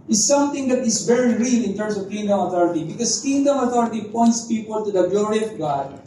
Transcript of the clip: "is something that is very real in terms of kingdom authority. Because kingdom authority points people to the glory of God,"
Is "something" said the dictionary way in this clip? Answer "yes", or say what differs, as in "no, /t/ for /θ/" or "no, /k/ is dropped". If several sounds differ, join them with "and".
no, /t/ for /θ/